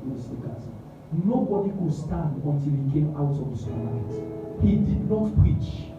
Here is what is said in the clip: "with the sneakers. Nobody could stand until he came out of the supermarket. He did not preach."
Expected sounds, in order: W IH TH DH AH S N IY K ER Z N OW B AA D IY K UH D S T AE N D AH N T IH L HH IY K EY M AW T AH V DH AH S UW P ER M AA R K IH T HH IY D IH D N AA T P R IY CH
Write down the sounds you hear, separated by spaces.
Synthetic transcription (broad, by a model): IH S IY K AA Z N OW B AA D IY K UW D S T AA N D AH N T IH L HH IY K EY M AW T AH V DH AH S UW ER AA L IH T HH IY D IH D N AA T P R IY CH